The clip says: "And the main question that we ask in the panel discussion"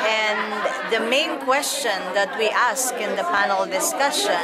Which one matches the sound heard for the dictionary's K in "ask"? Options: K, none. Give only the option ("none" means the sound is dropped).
K